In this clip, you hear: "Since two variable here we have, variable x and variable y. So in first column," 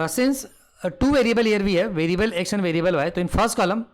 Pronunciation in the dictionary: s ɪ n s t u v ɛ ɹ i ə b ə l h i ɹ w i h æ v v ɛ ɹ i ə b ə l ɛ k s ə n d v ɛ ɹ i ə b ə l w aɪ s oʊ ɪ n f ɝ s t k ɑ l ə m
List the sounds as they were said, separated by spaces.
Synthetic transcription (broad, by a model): s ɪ n s t u v ɛ ɹ i ə b ə l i ɹ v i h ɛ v v ɛ ɹ i ə b ə l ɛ k ʃ ə n v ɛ ɹ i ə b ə l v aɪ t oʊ ɪ n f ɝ s t k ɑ l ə m